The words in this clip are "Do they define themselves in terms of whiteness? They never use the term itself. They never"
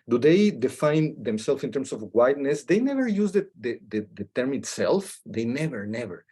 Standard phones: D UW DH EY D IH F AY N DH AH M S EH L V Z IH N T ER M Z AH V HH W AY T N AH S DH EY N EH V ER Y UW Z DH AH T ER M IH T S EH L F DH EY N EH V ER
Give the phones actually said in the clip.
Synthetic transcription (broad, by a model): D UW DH EY D IH F AY N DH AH M S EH L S IH N T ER M S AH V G W AY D N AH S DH EY N EH V ER Y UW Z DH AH T ER M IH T S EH L F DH EY N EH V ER